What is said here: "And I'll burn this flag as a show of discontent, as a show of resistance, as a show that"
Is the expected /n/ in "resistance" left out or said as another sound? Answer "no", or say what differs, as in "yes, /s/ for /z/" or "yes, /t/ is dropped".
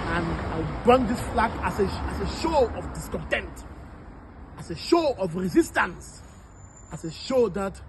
no